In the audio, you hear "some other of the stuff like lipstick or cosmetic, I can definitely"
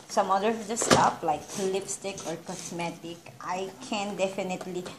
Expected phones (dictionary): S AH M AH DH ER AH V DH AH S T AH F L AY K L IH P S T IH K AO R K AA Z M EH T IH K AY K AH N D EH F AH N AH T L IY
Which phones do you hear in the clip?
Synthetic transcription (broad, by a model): S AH M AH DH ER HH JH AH S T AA P L AY K L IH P S T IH K AO R K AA S M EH T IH K AY K AH N D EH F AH N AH T L IY